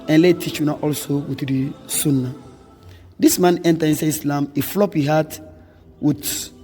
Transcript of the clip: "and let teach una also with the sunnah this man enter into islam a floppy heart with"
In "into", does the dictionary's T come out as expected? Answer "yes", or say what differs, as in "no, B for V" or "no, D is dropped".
no, S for T